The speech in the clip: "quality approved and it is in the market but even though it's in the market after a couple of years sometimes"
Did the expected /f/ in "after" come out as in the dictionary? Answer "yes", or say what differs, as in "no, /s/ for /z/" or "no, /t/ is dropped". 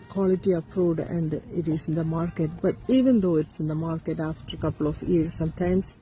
yes